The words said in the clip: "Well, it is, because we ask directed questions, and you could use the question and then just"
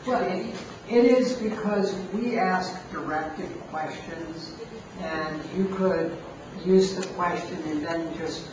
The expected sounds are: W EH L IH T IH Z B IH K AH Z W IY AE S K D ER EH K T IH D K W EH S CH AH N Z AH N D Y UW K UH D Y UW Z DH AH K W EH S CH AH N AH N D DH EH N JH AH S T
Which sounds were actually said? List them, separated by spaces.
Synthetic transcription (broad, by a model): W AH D IH T IH Z B IH K AH Z W IY AE S K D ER EH K T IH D K W EH S CH AH N Z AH N Y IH K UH D Y UW Z DH AH K W EH S CH AH N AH N DH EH N JH AH S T